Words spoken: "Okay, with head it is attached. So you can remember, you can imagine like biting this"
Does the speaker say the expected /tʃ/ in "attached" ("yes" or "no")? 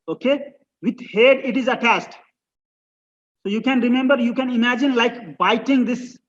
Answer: no